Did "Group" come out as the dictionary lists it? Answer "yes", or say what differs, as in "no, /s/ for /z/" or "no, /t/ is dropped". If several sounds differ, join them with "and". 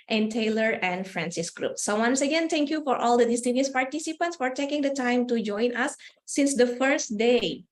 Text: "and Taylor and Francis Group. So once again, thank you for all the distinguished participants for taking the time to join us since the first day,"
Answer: yes